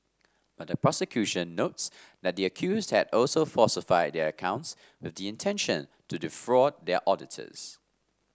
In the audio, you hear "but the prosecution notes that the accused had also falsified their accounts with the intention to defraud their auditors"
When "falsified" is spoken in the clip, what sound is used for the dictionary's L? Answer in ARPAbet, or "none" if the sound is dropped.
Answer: none